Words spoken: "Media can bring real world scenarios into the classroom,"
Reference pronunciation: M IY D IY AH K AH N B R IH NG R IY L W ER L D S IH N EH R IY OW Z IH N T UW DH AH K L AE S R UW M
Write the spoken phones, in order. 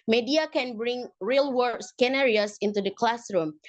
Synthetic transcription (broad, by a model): M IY D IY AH K AH N B R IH NG R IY L W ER D S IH N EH R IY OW S IH N T UW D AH K L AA S R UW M